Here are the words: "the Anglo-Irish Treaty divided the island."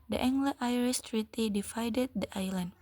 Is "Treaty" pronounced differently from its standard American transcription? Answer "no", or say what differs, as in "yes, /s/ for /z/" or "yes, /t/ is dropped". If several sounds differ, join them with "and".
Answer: no